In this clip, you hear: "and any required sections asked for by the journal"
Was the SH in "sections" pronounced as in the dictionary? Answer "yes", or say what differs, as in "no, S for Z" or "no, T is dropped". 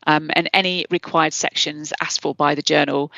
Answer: yes